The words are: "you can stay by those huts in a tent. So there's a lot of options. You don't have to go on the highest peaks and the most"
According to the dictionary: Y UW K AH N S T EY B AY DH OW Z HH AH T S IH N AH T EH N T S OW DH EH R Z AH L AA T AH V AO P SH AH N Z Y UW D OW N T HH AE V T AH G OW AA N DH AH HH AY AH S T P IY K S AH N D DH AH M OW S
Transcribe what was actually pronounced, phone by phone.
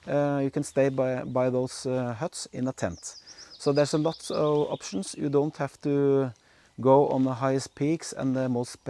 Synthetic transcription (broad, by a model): Y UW K AH N S T EY B AY DH OW S HH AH T S IH N AH T EH N T S OW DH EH R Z AH L AA T AH V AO P SH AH N S Y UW D OW N T HH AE F T AH G OW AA N DH AH HH AY AH S T P IY K S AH N DH AH M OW S